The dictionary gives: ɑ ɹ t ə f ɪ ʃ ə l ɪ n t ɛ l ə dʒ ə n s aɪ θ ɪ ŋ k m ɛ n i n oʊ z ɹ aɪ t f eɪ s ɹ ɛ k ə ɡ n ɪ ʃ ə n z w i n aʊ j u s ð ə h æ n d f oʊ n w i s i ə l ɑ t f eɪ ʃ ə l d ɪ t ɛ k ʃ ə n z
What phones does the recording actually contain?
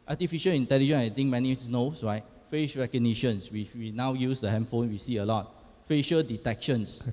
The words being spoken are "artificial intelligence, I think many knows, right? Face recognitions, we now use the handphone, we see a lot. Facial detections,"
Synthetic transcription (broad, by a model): ɑ t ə f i ʃ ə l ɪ n t ɛ l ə dʒ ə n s aɪ t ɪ ŋ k m ɛ n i n oʊ s ɹ aɪ t f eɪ ʃ ɹ ɛ k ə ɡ n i ʃ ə n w w i n aʊ j u s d ə h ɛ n f oʊ n w i s i ə l ɑ t f eɪ ʃ ə l d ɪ t ɛ k ʃ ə n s